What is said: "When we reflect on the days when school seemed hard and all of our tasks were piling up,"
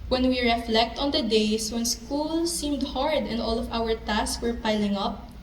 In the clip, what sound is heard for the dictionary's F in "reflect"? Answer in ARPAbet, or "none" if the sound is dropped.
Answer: F